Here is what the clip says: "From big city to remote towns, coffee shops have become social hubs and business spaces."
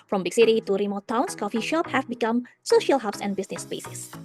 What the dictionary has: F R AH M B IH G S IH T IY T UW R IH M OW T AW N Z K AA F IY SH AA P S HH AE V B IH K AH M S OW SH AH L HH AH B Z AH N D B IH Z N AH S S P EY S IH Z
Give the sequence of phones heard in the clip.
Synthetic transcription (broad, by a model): F R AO M B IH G S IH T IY T UW R IH M OW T AW N S K AA F IY SH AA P HH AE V B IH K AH M S OW SH AH L HH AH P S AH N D B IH S N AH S S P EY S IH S